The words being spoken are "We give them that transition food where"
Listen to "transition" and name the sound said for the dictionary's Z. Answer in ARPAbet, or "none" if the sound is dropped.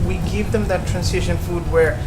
S